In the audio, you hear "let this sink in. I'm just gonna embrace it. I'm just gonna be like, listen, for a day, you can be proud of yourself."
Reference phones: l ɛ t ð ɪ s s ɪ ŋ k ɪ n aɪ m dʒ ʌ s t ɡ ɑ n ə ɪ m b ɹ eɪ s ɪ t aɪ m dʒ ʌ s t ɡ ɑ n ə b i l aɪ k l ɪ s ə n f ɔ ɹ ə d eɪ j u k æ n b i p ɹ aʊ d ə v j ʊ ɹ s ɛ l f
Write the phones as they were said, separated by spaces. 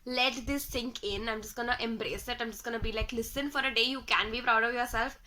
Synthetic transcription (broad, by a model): l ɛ t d ɪ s s ɪ ŋ k ɪ n aɪ m dʒ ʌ s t ɡ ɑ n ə ɪ m b ɹ eɪ s ɪ t aɪ m dʒ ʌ s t ɡ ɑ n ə b i l aɪ k l ɪ s ə n f ɔ ɹ ə d eɪ j u k æ n b i p ɹ aʊ d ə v j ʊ ɹ s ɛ l f